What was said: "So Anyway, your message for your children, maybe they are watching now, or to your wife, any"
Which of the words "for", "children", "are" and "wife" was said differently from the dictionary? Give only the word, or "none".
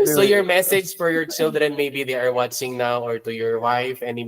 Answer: none